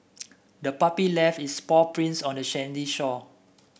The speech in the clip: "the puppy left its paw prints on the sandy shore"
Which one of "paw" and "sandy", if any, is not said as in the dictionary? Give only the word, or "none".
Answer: sandy